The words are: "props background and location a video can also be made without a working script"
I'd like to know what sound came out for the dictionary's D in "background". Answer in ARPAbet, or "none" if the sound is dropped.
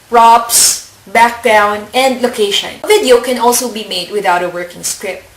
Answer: none